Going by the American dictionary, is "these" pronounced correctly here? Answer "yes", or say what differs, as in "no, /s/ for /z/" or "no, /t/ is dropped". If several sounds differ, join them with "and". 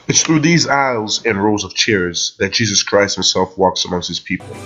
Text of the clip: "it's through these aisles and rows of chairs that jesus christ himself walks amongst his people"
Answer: yes